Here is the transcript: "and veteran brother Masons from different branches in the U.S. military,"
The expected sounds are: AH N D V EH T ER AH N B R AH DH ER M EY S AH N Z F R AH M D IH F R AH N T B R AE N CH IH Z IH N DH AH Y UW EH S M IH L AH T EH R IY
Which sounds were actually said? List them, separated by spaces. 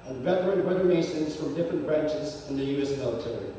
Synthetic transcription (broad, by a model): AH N V EH T ER AH N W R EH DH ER M EY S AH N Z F R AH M D IH F R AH N B R AE N CH IH Z IH N DH AH Y UW EH S M IH L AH T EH R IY